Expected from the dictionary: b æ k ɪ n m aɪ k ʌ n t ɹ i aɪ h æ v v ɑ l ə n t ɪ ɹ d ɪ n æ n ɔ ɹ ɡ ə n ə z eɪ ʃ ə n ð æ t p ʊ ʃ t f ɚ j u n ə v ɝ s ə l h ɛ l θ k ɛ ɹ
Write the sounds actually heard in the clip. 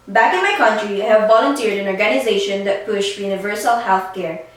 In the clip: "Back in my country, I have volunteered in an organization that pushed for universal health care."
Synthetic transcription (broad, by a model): b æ k ɪ n m aɪ k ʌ n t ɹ i aɪ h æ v v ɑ l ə n t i ɹ d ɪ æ n ɔ ɹ ɡ ə n ə z eɪ ʃ ə n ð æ t p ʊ ʃ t j u n ə v ɝ s ə l h ɛ l θ k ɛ ɹ